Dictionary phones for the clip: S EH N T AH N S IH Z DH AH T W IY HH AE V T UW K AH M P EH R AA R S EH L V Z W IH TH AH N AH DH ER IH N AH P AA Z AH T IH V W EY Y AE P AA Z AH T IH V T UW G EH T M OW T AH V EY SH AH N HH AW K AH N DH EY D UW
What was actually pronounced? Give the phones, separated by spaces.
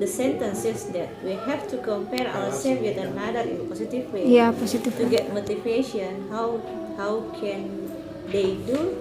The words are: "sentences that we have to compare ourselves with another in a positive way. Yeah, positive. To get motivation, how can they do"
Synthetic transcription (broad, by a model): S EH N T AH N S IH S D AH T W IY HH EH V T UW K AH M P EH R AA W S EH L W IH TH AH N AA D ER IH N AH P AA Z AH T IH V W EY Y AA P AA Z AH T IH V T UW G EH T M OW T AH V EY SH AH N HH AW K AH N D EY D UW